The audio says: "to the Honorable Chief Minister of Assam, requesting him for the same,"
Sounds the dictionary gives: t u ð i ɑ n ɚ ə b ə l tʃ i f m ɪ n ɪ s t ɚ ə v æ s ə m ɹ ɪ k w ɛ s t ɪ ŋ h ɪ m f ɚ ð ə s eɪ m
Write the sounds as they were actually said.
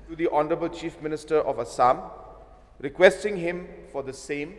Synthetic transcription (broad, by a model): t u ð i ɑ n ɚ ə b ə l tʃ i f m ɪ n ɪ s t ɚ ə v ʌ s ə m ɹ ɪ k w ɛ s t ɪ ŋ h ɪ m f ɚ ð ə s eɪ m